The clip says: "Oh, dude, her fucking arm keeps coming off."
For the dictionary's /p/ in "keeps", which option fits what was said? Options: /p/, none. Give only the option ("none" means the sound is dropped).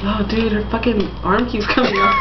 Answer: none